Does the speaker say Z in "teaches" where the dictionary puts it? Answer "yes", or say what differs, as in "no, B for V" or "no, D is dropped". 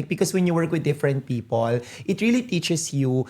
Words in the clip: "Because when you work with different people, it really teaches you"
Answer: no, S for Z